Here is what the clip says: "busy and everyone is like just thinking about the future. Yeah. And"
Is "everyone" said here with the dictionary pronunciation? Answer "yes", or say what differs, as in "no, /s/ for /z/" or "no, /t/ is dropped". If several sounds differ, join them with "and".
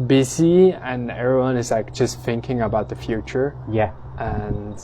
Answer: yes